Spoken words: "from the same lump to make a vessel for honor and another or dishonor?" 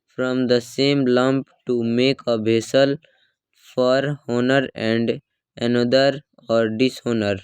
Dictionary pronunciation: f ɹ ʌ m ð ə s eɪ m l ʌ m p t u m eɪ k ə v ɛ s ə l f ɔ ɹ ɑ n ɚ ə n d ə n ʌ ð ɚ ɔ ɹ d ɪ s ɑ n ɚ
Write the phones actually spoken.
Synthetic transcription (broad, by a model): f ɹ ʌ m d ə s eɪ m l ʌ m p t u m eɪ k ə b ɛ s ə l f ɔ ɹ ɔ n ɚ ə n d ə n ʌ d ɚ ɔ ɹ d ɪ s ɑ n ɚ